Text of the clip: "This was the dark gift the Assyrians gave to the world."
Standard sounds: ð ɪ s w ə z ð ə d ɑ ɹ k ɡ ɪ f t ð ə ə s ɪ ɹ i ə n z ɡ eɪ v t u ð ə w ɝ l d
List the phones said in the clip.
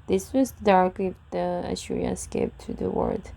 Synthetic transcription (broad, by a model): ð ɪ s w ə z d ɑ ɹ k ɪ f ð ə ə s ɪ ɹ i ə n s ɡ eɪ p t u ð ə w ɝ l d